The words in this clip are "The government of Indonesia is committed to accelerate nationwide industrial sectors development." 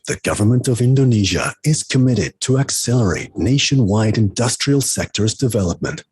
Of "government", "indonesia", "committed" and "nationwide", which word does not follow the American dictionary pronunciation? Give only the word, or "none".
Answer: none